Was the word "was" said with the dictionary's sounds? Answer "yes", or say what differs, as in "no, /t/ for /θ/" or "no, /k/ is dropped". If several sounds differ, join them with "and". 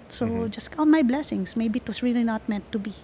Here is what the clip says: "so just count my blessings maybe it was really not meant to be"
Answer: no, /s/ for /z/